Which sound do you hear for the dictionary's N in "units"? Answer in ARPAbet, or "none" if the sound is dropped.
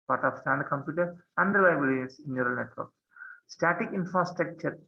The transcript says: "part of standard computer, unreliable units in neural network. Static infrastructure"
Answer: none